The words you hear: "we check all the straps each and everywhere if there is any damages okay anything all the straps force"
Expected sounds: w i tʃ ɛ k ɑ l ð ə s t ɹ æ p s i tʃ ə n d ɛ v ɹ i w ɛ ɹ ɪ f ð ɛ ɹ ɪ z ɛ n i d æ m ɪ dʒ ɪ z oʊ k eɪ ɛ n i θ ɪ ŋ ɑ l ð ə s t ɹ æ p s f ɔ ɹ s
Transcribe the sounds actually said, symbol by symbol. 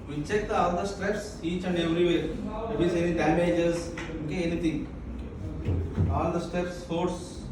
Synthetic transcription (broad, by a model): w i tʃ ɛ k ɑ l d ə s t ɹ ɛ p s i tʃ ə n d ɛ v ɹ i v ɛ ɹ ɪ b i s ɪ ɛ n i d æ m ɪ dʒ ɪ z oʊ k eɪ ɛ n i t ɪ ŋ ɑ l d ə s t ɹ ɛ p s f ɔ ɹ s